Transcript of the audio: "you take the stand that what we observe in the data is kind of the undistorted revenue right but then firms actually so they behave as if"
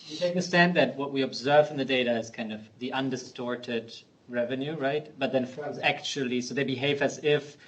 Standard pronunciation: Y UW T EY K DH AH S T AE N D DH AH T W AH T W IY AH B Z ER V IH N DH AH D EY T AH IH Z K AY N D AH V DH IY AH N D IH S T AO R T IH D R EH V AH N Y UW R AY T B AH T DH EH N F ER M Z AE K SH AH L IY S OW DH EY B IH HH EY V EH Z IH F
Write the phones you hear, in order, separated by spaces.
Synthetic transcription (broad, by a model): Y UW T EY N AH S T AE N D DH AH T W AH T W IY AH B Z ER V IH N DH AH D EY T AH IH Z K AY N D AH V DH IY AH N D IH S T AO R T IH D R EH V AH N Y UW R AY T B AH T DH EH N F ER Z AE K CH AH L IY S OW DH EY B IH HH EY V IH Z IH F